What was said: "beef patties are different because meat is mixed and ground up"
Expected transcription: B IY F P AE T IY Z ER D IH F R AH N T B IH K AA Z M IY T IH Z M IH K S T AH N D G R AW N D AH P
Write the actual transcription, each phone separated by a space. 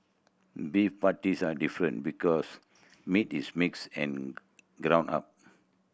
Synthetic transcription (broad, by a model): B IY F P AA T IY S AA D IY F R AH N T B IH K AA S M IY T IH S M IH K S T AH N G R AW N AA P